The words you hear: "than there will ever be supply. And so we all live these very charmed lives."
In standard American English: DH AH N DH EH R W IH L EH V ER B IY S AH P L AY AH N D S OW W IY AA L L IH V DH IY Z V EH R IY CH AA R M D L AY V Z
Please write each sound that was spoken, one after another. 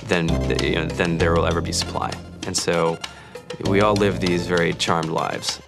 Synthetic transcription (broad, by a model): DH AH N DH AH R W IH L EH V ER B IY S AH P L AY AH N S OW W IY AA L L IH V DH IY Z V EH R IY CH AA R M D L AY V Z